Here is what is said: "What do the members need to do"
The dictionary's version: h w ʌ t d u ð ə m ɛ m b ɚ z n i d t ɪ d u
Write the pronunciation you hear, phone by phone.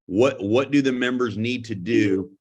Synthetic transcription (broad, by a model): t w ʌ t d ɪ ð ə m ɛ m b ɚ z n i d t ɪ d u